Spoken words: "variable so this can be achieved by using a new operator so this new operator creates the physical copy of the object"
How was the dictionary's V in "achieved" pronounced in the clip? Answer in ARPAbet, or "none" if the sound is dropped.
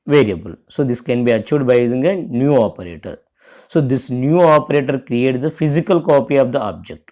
none